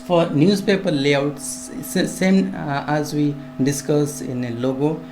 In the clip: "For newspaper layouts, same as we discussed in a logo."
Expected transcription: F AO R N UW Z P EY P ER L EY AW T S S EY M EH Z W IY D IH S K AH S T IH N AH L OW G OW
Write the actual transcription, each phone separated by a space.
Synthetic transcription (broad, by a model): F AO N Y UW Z P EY P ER L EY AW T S S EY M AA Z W IY D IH S K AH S IH N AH L OW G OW